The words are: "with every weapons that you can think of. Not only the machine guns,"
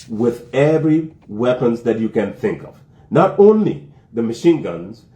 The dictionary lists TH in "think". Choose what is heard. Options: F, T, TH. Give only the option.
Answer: TH